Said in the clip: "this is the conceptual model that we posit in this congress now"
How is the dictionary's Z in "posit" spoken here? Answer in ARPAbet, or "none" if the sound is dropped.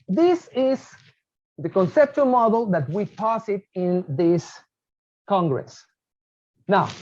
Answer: S